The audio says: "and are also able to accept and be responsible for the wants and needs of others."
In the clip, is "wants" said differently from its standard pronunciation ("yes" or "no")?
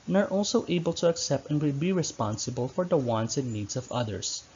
no